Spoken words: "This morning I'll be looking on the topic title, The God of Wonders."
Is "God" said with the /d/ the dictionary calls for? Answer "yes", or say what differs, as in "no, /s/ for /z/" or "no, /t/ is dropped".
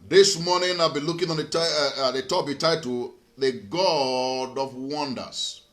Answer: yes